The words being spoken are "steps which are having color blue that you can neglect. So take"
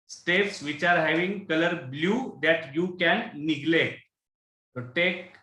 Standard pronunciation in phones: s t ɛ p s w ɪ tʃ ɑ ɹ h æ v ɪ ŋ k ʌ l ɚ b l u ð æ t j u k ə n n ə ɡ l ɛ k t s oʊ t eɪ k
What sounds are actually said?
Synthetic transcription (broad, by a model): s t ɛ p s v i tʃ ɑ ɹ h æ v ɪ ŋ k ʌ l ɚ b l u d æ t j u k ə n n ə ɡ l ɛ t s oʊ t eɪ k